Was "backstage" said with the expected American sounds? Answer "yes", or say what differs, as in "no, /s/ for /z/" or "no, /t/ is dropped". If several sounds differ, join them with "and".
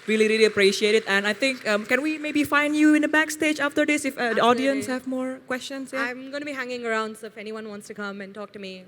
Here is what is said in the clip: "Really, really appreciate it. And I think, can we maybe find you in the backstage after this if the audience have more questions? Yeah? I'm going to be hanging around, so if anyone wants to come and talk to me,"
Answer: yes